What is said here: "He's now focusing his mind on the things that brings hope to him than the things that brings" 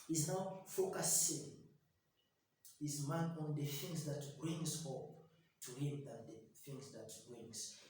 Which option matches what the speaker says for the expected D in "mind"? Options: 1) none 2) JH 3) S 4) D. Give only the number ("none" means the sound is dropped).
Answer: 1